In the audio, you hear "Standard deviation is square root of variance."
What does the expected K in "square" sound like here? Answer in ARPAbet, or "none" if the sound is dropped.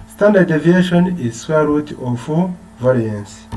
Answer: none